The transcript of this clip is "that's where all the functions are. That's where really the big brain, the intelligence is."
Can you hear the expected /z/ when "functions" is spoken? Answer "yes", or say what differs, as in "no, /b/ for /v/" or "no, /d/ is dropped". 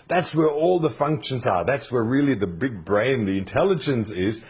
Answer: yes